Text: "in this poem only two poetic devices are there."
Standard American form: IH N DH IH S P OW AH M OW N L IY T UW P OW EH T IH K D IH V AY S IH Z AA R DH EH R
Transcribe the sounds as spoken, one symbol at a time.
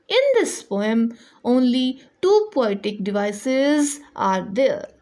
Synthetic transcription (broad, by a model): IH N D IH S P OW AH M OW N L IY T UW P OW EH T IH K D IH V AY S IH Z AA R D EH R